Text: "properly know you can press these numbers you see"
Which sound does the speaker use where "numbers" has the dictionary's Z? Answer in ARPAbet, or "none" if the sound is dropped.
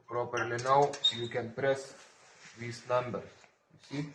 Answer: S